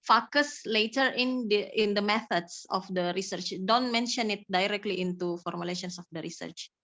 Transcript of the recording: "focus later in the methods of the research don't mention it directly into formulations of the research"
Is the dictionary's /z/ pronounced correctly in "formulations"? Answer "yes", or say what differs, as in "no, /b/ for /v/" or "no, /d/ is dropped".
no, /s/ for /z/